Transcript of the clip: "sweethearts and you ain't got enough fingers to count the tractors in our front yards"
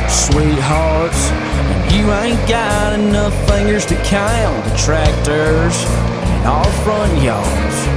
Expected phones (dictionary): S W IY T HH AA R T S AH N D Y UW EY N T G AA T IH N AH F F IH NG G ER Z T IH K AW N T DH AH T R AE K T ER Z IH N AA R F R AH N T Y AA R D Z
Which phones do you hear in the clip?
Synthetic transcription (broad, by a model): S W IY T HH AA R T S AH N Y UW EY N G AA T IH N AH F F IH NG G ER Z T IH K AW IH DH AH T R AE K T ER Z IH N AA L F R AH N T Y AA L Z